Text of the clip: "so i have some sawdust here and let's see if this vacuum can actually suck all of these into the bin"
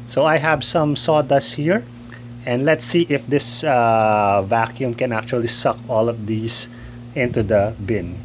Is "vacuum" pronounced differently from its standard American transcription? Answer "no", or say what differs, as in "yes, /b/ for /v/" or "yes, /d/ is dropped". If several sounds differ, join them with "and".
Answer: no